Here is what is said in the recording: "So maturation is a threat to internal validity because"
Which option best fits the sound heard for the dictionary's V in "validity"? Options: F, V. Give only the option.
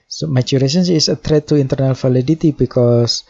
F